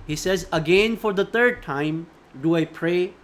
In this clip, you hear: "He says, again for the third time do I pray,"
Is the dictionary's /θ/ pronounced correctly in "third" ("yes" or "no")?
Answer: no